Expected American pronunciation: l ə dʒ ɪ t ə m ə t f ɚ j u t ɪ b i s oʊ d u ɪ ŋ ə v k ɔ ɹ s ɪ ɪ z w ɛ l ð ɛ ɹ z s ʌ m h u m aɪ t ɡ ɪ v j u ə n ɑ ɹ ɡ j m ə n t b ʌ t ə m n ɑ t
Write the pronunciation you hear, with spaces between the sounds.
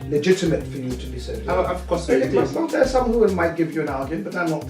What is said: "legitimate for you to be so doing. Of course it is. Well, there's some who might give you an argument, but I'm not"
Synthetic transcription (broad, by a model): l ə dʒ ɪ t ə m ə t f ɚ j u t ɪ b i s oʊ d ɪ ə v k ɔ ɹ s ɪ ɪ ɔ n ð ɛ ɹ s ʌ m h u m aɪ t ɡ ɪ v j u ə n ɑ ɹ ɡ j ə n b ʌ t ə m n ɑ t